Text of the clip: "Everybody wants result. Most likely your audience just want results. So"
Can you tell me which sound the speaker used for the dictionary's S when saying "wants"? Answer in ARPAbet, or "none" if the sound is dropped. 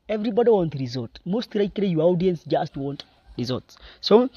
none